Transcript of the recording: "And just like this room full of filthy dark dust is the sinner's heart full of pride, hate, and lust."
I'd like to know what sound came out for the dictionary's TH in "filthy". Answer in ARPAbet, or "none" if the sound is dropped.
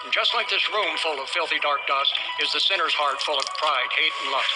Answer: TH